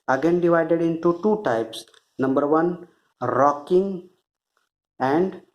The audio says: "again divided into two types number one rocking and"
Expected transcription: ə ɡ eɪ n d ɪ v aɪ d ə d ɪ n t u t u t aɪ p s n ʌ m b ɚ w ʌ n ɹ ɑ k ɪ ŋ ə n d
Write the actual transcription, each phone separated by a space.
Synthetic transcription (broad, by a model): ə ɡ eɪ n d ɪ v aɪ d ə d ɪ n t u t u t aɪ p s n ʌ m b ɚ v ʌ n ɹ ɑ k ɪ ŋ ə n d